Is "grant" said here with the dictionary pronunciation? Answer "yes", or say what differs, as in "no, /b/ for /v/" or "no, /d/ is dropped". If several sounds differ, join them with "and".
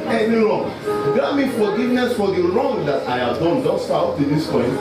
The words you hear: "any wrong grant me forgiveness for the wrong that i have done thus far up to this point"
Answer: no, /ɹ/ is dropped